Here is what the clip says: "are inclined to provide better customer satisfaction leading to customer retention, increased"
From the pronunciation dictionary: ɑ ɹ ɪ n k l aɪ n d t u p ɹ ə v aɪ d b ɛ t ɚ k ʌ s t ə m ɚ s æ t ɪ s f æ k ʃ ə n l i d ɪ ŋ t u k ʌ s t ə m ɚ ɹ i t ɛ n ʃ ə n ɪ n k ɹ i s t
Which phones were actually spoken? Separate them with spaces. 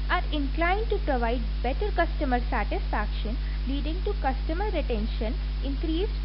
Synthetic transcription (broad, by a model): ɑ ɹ ɪ n k l aɪ n d t u p ɹ ə v aɪ d b ɛ t ɚ k ʌ s t ə m ɚ s æ t ɪ s f æ k ʃ ə n l i d ɪ ŋ t u k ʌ s t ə m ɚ ɹ i t ɛ n ʃ ə n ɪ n k ɹ i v